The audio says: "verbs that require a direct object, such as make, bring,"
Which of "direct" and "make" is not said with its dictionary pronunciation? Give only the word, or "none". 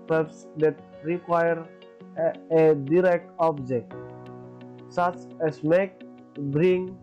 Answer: none